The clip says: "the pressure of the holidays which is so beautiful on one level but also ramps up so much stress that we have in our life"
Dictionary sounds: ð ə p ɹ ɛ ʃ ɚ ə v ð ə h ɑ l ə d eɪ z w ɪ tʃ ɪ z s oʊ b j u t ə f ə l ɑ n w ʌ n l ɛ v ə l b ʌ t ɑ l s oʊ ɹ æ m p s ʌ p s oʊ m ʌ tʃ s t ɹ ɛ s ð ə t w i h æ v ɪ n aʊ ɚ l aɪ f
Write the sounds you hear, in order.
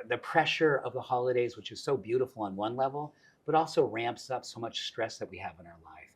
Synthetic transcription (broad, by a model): ð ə p ɹ ɛ ʃ ɚ ə v ð ə h ɑ l ə d eɪ z w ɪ tʃ ɪ z s oʊ b j u t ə f l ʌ n w ʌ n l ɛ v l b ʌ t ɑ l s oʊ ɹ æ m p s ʌ p s oʊ m ʌ tʃ s t ɹ ɛ s ð ə t w i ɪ v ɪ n aʊ ɚ l aɪ f